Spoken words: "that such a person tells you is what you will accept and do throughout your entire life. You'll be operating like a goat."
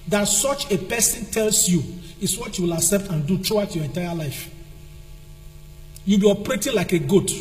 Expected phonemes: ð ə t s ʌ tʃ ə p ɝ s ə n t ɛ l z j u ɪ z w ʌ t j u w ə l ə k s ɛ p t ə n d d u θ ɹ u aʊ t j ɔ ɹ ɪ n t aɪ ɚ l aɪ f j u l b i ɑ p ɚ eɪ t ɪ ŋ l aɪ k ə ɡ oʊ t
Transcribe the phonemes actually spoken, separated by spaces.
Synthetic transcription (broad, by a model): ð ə t s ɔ tʃ ə p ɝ s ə n t ɛ l s j u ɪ s w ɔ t j u w ə l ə s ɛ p t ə n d d u t ɹ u aʊ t j ɔ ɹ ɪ n t aɪ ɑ l aɪ f j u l b i ɑ p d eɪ t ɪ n l aɪ k ə ɡ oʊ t